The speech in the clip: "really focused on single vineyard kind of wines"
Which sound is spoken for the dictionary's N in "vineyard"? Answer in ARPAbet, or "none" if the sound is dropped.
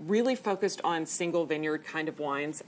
N